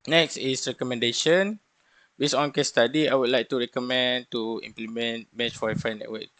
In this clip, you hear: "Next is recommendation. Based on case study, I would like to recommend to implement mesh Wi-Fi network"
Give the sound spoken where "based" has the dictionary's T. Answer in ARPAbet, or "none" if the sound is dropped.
none